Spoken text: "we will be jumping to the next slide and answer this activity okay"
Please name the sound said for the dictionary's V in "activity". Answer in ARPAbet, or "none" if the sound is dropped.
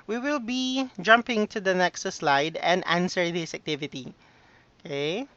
V